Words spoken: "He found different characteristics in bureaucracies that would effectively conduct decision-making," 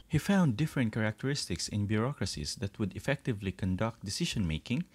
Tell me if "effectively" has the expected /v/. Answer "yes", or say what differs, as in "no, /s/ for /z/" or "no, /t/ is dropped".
yes